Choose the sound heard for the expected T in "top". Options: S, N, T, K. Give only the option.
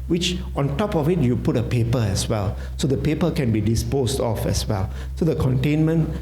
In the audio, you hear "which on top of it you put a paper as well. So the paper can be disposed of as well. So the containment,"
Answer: T